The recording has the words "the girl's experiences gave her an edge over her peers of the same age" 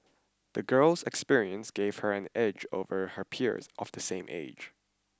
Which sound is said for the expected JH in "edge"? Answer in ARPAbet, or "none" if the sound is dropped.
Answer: JH